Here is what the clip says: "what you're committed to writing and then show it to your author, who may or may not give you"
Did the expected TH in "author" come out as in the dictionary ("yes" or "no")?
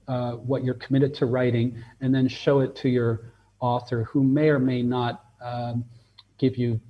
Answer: yes